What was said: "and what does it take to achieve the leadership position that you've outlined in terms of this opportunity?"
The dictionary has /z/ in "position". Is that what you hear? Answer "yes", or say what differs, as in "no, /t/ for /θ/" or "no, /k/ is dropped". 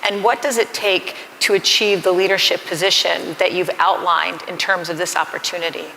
yes